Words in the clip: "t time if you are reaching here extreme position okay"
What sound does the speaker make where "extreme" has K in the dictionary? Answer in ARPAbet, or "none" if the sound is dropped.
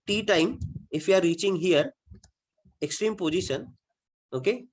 K